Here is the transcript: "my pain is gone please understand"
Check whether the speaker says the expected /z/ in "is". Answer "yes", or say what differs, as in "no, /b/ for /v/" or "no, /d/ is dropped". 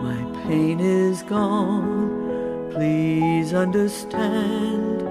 yes